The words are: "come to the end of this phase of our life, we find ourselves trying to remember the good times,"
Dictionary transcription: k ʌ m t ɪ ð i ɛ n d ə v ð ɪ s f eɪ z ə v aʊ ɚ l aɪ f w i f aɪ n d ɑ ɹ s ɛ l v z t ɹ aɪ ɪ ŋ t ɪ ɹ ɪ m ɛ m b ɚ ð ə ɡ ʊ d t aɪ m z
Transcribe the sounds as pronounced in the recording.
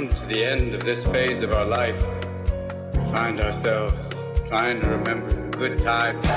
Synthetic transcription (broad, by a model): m t ɪ ð i ɛ n d ə v ð ɪ s f eɪ z ə v aʊ ɚ l aɪ f w i f aɪ n d ɑ ɹ s ɛ l v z t ɹ aɪ ɪ ŋ t ɪ ɹ ɪ m ɛ m b ɚ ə ɡ ʊ d t aɪ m